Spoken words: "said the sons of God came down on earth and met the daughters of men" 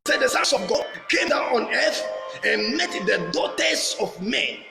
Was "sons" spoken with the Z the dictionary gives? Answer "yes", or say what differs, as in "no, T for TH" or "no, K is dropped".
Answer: no, S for Z